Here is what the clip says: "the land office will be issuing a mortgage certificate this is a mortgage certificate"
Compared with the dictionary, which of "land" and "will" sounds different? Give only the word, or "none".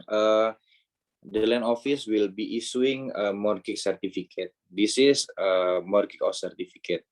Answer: land